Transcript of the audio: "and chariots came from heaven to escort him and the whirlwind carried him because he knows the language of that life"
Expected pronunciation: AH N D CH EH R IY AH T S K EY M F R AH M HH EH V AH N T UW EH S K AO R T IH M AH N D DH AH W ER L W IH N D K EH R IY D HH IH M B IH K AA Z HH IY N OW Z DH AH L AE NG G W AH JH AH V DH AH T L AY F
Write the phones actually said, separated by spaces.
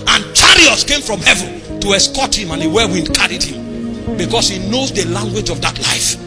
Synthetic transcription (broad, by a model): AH N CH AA R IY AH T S K EY M F R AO M HH EH V AH N T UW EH S K AO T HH IH M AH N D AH W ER W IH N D K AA R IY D HH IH M B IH K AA S HH IY N OW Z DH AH L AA NG G W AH JH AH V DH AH T L AY F